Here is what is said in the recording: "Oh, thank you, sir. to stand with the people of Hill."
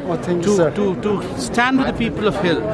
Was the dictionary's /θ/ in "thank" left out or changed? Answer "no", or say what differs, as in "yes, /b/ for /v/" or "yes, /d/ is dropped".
yes, /t/ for /θ/